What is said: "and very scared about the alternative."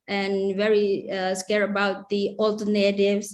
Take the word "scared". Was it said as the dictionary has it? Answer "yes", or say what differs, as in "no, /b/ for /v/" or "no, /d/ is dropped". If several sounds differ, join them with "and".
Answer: no, /d/ is dropped